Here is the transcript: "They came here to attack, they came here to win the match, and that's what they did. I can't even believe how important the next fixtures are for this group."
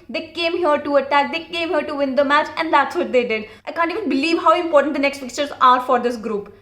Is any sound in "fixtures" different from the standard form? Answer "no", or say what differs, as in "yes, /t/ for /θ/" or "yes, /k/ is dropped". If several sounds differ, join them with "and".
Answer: yes, /s/ is dropped